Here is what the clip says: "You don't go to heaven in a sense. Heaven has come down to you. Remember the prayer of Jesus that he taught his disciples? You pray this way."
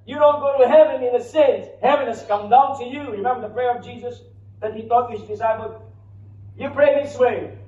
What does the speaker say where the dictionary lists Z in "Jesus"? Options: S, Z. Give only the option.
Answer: Z